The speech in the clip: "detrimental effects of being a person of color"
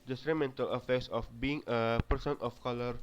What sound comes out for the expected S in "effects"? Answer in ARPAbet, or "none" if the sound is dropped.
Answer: S